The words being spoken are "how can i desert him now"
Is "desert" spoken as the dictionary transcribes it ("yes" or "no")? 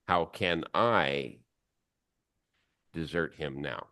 yes